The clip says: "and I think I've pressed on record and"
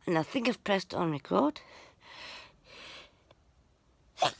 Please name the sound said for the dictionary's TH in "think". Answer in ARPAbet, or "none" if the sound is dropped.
TH